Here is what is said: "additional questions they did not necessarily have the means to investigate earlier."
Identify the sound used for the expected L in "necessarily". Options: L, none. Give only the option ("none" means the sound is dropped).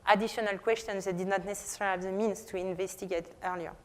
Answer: none